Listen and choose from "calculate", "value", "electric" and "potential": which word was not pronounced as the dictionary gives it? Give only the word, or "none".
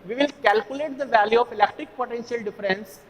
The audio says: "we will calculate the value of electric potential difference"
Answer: none